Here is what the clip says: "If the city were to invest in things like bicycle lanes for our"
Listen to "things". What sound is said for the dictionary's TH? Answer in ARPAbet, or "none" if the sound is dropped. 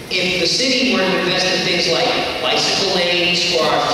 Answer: TH